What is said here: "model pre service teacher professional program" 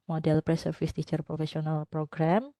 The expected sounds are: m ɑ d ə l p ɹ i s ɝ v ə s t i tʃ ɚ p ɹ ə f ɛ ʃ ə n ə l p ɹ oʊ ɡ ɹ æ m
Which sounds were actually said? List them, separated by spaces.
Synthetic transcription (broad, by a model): m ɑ d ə l p ɹ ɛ s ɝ f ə s t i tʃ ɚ p ɹ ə f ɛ s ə n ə l p ɹ oʊ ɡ ɹ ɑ m